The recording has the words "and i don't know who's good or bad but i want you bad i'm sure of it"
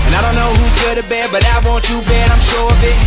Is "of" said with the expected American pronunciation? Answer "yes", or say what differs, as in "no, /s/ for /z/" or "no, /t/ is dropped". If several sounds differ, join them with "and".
no, /b/ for /v/